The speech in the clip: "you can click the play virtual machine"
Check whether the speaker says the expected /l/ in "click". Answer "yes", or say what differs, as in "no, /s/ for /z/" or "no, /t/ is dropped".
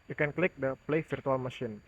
yes